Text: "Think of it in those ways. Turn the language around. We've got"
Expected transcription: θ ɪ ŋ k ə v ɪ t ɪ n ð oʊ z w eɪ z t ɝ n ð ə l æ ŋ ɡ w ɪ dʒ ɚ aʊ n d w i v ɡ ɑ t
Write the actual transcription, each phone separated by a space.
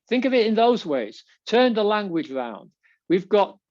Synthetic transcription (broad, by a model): θ ɪ ŋ k ə v ɪ t ɪ n ð oʊ z w eɪ z t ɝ n ð ə l æ ŋ ɡ w ɪ dʒ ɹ aʊ n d w i v ɡ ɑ t